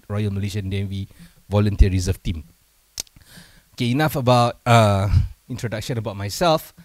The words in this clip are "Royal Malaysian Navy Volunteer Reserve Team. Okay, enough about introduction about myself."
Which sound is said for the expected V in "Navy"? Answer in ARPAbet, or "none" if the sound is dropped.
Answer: W